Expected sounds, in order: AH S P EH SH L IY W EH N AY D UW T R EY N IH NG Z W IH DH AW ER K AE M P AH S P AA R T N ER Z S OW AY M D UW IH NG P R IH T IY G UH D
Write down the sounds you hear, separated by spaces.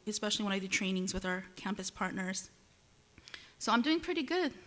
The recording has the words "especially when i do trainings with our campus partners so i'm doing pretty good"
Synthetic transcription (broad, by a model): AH S P EH SH L IY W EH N AY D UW T R EY N IH NG Z W IH DH AW ER K AE M P AH S P AA R T N ER Z S OW AY M D UW IH NG P R IH T IY G UH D